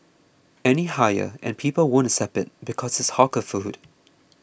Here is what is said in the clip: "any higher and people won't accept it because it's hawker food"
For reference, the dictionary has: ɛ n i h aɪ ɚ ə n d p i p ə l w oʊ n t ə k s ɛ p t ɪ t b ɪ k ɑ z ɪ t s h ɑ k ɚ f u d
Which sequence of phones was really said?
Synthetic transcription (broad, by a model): ɛ n i h aɪ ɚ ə n p i p ə l w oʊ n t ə s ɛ p ɪ t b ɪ k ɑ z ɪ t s h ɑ k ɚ f u d